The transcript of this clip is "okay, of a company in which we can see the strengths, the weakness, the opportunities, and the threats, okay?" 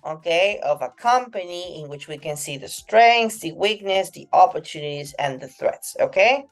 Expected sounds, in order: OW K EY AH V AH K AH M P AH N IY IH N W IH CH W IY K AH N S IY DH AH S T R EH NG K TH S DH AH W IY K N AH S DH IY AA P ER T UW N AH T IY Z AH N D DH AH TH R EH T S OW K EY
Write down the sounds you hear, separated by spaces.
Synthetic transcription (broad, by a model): OW K EY AH V AH K AH M P AH N IY IH N W IH CH W IY K AH N S IY DH AH S T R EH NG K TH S DH AH W IY K N AH S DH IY AA P ER T UW N AH T IY Z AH N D DH AH TH R EH T S OW K EY